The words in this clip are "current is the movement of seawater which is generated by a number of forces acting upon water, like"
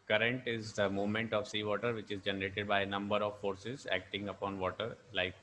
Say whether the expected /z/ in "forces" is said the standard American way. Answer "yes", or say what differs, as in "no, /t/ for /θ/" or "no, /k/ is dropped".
yes